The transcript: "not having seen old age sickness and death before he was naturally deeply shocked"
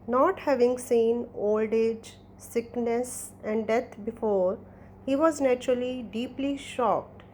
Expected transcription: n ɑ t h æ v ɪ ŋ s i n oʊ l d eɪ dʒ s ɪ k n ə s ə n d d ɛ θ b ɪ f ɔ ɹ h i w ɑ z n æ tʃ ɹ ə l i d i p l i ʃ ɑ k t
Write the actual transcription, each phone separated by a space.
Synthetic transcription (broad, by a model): n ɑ t h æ v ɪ ŋ s i n oʊ l d eɪ dʒ s ɪ k n ə s ə n d d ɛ t b ɪ f ɔ ɹ h i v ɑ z n æ tʃ ɹ ə l i d i p l i ʃ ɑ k t